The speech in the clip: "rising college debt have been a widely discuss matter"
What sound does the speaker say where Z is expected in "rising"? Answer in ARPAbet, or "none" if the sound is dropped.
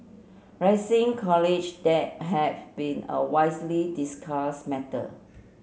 S